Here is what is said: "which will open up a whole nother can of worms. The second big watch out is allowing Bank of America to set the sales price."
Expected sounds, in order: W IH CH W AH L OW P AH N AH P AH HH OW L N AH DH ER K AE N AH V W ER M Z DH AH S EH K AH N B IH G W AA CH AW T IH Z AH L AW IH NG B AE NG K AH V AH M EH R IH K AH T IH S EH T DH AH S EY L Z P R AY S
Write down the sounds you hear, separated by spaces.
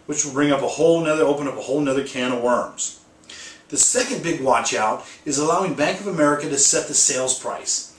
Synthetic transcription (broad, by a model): W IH CH W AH L OW P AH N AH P AH HH OW L N AH DH ER K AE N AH W ER M Z DH AH S EH K AH N B IH G W AA CH AW T IH Z AH L AW IH NG B AE NG K AH V AH M EH R IH K AH T IH S EH T DH AH S EY L Z P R AY S